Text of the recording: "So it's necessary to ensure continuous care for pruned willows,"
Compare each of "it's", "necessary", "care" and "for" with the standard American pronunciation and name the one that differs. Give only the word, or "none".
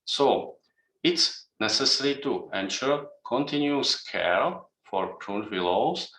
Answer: care